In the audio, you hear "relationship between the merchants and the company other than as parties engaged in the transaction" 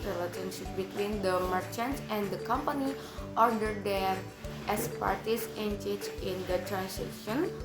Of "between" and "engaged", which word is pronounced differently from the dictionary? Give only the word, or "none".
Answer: engaged